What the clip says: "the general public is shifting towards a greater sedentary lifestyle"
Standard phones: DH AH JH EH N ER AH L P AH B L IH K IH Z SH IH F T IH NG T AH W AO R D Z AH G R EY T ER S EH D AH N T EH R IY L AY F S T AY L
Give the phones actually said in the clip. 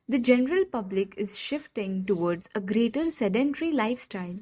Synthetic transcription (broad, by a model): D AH JH EH N ER AH L P AH B L IH K IH Z SH IH F T IH NG T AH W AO R D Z AH G R EY T ER S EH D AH N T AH R IY L AY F S T AY L